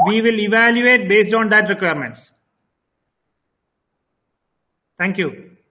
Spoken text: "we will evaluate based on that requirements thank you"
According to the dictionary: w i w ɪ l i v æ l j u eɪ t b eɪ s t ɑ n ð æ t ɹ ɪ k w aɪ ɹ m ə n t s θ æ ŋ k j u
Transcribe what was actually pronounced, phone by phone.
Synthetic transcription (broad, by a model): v i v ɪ l i v æ l j u eɪ t b eɪ s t ɑ n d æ t ɹ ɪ k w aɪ ɹ m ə n t s t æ ŋ k j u